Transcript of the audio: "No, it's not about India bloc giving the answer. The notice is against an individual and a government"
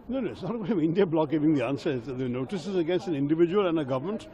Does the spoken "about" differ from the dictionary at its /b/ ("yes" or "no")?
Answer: yes